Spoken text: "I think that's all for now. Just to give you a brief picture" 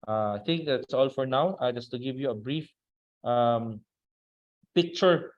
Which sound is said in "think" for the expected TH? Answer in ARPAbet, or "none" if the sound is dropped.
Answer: T